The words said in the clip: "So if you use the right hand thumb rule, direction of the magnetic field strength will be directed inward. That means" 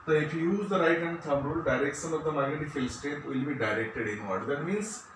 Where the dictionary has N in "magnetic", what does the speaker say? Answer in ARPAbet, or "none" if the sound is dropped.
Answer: none